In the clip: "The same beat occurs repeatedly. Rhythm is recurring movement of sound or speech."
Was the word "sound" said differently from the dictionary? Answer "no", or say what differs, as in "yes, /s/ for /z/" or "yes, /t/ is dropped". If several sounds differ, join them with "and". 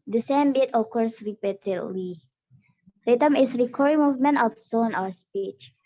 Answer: yes, /d/ is dropped